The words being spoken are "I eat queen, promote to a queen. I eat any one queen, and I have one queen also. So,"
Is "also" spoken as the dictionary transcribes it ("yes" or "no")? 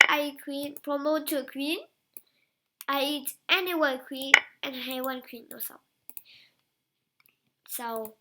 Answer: no